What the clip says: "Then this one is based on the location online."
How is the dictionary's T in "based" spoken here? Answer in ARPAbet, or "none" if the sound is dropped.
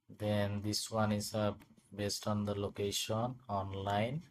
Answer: T